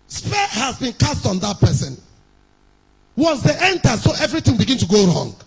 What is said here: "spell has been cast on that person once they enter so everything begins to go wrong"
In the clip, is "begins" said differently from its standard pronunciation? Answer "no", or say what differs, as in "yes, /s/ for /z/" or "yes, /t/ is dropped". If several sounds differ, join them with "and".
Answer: yes, /z/ is dropped